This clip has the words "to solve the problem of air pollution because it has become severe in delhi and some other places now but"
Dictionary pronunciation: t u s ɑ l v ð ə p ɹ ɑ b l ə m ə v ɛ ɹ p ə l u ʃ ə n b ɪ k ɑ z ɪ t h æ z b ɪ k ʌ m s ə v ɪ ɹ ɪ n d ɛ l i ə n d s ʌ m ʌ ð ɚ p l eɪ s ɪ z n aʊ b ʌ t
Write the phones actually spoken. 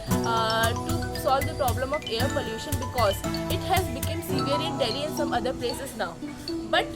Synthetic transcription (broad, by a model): t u s ɑ l v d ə p ɹ ɑ b l ə m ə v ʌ ɹ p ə l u ʃ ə n b ɪ k ɑ z ɪ t h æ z b ɪ k ʌ m s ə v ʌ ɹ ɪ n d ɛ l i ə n s ʌ m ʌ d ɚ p l eɪ s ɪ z n aʊ b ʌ t